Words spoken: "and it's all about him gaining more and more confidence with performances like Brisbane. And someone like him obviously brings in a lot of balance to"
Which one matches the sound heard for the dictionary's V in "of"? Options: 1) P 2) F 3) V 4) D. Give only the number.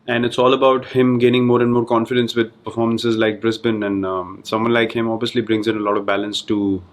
3